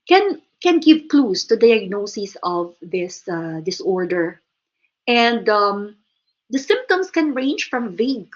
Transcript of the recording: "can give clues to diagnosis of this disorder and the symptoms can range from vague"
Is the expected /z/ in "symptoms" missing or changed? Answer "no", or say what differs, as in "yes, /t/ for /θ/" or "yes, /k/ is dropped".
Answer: yes, /s/ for /z/